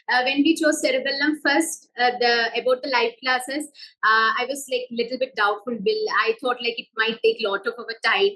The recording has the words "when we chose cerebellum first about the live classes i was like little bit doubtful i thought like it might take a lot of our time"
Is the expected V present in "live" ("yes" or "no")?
no